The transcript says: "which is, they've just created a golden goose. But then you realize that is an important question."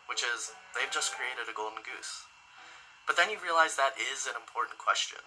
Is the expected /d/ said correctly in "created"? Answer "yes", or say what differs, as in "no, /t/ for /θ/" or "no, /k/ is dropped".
yes